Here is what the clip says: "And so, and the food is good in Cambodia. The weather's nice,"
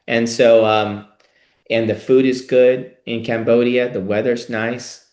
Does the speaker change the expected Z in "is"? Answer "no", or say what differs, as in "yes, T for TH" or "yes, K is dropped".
no